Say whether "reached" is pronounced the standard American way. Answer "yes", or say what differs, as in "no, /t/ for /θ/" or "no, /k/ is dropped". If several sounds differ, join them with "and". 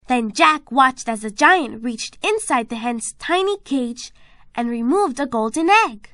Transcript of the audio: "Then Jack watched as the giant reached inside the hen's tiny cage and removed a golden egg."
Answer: yes